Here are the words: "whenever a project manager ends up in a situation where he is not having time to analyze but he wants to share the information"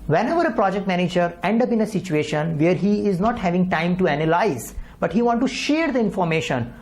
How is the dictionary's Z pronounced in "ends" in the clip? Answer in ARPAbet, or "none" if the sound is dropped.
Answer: none